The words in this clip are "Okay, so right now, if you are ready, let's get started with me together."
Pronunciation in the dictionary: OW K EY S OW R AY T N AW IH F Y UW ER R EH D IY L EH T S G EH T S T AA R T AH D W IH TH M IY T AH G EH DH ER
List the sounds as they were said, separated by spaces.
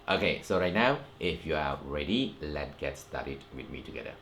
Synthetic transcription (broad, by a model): OW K EY S OW R AY T N AW IH F Y UW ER R EH D IY L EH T G EH T S T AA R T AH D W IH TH M IY T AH G EH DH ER